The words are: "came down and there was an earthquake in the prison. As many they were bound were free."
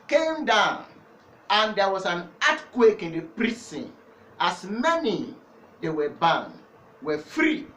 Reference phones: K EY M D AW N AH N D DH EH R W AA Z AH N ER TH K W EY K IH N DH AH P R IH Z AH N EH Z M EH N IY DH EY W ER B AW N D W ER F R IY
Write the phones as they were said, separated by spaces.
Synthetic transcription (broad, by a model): K EY M D AW N AH N D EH W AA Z AH N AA T K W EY K IH N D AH P R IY S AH N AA S M EH N IY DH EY W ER B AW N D W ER F R IY